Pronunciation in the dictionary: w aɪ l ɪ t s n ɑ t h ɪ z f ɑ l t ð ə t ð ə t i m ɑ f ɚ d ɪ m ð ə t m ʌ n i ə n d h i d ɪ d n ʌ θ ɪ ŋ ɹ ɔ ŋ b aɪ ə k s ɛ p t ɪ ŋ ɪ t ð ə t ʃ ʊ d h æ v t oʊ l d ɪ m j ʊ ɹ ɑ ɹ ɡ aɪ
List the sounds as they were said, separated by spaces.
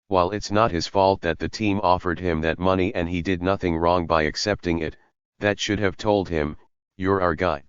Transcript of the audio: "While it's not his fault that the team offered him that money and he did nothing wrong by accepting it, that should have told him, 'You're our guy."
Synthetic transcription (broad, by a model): w aɪ l ɪ t s n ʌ t h ɪ z f ɑ l t ð ə t ð ə t i m ɑ f ɚ d ɪ m ð ə t m ʌ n i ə n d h i d ɪ d n ʌ θ ɪ ŋ ɹ ɔ ŋ b aɪ ə k s ɛ p t ɪ ŋ ɪ t ð ə t ʃ ʊ d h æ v t oʊ l d ɪ m j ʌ ɹ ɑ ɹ ɡ aɪ